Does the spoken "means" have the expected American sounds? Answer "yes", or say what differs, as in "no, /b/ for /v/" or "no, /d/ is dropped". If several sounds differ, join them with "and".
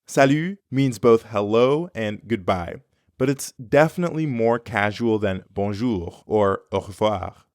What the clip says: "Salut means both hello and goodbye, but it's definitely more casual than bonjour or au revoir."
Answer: yes